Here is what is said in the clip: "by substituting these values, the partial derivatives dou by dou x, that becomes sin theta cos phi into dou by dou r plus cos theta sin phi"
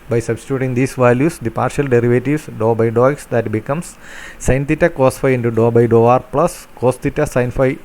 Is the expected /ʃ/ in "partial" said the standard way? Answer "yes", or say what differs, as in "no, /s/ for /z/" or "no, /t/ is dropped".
yes